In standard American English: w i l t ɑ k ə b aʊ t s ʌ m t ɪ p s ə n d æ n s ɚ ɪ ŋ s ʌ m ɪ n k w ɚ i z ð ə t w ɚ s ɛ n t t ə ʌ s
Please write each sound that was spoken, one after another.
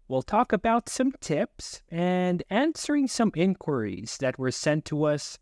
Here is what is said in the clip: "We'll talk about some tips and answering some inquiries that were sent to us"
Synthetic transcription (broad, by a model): w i l t ɑ k ə b aʊ t s ʌ m t ɪ p s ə n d æ n s ɚ ɪ ŋ s ʌ m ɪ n k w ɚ i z ð ə t w ɚ s ɛ n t t ə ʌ s